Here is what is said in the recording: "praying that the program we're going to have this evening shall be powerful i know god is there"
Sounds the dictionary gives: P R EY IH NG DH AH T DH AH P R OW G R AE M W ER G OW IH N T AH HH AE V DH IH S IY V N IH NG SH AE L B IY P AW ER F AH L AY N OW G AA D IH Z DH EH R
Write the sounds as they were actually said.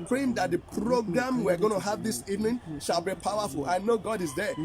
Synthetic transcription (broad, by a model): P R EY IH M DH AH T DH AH P R OW G R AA M W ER G OW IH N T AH HH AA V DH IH S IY V N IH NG SH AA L B IY P AW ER F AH L AY N OW G AA D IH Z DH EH